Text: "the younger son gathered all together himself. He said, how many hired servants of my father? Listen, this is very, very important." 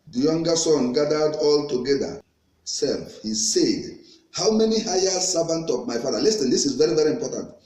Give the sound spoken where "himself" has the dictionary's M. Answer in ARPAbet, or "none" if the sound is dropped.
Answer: none